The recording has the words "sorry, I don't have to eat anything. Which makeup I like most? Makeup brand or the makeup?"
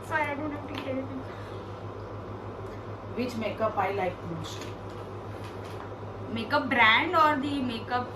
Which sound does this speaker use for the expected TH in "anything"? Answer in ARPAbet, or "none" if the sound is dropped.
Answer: S